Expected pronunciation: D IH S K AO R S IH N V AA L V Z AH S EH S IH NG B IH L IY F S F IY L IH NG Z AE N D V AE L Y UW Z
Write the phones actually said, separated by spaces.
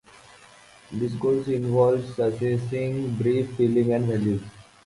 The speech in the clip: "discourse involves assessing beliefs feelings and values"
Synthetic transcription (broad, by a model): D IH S K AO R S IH N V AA L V S AH S EH S IH NG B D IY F F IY L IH NG AE N D V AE L Y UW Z